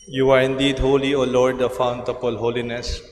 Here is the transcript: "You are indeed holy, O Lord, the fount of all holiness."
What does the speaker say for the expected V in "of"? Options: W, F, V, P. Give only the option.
P